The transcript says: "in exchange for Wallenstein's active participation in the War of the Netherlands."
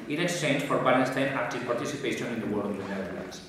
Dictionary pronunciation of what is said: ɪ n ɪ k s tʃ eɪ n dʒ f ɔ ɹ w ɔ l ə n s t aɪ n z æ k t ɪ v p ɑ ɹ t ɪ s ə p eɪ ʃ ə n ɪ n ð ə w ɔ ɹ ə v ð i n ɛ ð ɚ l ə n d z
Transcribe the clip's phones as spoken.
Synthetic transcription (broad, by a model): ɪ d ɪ s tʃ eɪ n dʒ f ɔ ɹ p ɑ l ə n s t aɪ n æ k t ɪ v p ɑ ɹ t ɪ s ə p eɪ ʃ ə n ɪ n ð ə w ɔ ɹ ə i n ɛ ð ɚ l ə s